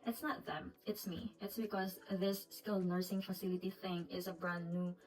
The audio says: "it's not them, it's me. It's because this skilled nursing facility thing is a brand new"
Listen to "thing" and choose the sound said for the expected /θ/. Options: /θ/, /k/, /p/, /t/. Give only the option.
/θ/